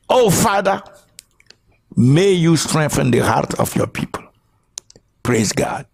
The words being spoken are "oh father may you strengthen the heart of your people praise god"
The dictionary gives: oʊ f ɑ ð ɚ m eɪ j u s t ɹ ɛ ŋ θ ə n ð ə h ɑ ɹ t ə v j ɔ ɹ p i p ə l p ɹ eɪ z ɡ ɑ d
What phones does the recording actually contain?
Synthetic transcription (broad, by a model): oʊ f ɑ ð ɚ m eɪ j u s t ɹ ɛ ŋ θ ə n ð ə h ɑ ɹ t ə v j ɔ p i p ə l p ɹ eɪ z ɡ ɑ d